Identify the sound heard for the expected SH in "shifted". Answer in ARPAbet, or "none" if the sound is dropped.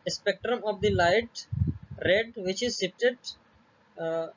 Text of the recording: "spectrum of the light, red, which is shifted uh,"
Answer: S